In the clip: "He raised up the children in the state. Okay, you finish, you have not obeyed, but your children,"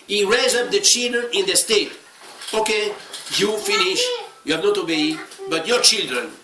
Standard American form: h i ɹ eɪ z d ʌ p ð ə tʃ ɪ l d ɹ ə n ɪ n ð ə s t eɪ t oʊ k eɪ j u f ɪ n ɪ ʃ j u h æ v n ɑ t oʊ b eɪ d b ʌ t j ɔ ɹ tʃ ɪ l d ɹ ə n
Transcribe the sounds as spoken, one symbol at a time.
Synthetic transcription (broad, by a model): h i ɹ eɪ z ʌ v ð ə tʃ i l d ɹ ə n ɪ n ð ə s t eɪ t oʊ k eɪ j u f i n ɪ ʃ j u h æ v n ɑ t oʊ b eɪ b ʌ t j ɔ ɹ tʃ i l d ɹ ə n